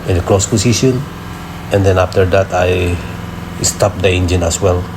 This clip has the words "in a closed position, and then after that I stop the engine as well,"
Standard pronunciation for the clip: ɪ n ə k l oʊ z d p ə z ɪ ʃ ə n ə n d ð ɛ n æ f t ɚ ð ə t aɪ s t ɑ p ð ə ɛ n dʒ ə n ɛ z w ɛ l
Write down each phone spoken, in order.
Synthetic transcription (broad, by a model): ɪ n ə k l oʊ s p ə s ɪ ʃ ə n ə n d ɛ n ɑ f t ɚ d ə t aɪ s t ɑ p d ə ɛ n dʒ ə n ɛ s w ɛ l